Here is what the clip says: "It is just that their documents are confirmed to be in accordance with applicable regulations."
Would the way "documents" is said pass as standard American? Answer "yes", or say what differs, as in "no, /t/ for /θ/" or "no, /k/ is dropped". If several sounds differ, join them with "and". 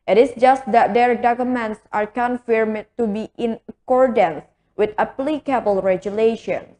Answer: yes